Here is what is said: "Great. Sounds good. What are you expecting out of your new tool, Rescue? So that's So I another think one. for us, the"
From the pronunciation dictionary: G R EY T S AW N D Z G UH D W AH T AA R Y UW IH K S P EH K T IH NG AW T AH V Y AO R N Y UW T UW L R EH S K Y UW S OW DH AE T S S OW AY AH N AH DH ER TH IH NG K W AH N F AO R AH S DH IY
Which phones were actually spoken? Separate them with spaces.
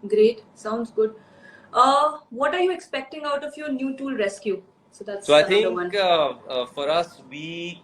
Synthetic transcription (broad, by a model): G R EY T S AW N D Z G UH D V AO T AA R Y UW IH K S P EH K T IH NG AW T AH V Y AO R N Y UW T UW L R EH S K Y UW S OW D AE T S S OW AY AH AH ER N K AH F AO R AH S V IY